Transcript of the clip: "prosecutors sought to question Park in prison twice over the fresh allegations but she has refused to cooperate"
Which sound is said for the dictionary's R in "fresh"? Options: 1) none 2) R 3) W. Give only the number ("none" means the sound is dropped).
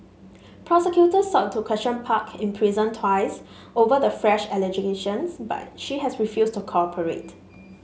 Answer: 2